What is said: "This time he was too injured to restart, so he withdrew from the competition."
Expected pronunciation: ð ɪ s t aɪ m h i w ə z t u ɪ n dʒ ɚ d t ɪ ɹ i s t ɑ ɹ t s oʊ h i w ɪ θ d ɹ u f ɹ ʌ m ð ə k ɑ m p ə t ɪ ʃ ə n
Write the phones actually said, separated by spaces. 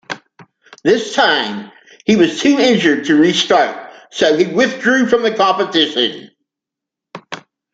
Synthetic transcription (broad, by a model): ð ɪ s t aɪ m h i w ə z t u ɪ n dʒ ɚ d t ɪ ɹ i s t ɑ ɹ t s oʊ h i w ɪ θ d ɹ u f ɹ ʌ m ð ə k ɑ p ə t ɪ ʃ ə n